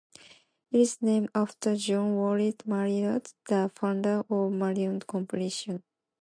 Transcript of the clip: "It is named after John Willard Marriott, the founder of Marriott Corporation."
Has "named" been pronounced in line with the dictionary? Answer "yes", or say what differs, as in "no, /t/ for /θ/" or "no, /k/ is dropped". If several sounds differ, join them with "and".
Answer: no, /d/ is dropped